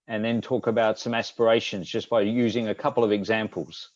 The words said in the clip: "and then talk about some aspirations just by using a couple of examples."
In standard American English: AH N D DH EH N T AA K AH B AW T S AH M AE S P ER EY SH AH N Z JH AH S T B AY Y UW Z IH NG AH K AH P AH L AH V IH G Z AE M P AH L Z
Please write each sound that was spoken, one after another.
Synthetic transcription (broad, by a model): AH N DH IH N T AA K AH B AW T S AH M AE S P ER EY SH AH N Z JH AH S B AY Y UW Z IH NG AH K AH P L AH V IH G Z AE M P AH L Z